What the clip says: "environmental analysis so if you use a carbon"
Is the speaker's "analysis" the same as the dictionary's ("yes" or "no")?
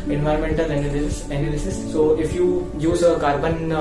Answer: no